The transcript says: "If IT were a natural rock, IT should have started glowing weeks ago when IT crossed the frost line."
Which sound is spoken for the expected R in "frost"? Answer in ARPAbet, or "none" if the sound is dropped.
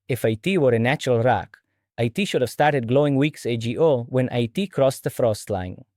R